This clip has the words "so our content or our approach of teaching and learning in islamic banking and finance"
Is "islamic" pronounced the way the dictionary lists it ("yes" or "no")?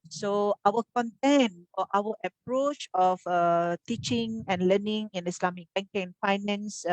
no